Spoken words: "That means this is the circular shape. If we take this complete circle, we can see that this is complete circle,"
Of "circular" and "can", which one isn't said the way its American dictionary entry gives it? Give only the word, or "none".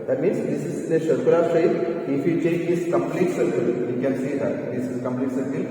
circular